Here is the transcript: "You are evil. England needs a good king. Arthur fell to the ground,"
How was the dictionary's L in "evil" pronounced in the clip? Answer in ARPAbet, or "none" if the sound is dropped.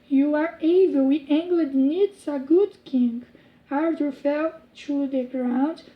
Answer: W